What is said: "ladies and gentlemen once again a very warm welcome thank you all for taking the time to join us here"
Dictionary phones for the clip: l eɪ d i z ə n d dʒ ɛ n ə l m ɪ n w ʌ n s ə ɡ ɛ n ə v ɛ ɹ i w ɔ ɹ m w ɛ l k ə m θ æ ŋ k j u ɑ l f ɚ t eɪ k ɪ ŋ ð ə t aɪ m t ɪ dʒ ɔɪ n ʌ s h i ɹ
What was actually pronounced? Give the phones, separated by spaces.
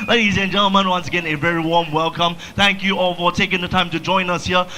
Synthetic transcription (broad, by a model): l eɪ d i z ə n dʒ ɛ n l m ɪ n w ʌ n s ə ɡ ɛ n ə v ɛ ɹ i w ɔ ɹ m w ɛ l k ə m θ æ ŋ k j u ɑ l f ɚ t eɪ k ɪ ŋ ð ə t aɪ m t ɪ dʒ ɔɪ n ʌ s h i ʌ